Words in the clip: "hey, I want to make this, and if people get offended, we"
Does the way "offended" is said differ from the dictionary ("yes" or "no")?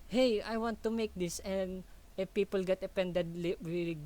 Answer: yes